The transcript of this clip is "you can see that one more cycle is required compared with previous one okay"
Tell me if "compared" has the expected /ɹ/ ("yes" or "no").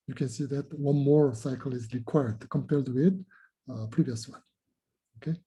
no